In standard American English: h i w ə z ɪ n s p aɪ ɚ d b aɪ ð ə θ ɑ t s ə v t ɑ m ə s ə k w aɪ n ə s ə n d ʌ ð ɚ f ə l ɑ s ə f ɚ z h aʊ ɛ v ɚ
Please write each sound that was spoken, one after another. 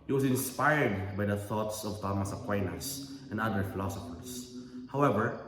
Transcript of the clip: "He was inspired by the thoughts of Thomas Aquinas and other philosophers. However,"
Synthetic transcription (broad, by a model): h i w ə s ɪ n s p aɪ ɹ d b aɪ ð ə θ ɑ t s ə v t ɑ m ə s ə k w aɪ n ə s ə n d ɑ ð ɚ f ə l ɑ s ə f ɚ s h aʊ ɛ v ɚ